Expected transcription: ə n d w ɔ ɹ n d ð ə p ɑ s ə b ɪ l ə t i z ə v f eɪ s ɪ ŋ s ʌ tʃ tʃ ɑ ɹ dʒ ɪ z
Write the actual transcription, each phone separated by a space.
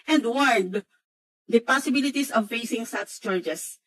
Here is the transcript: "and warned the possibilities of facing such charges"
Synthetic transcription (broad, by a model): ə n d w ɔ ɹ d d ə p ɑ s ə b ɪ l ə t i s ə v f eɪ s ɪ ŋ s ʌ s tʃ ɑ ɹ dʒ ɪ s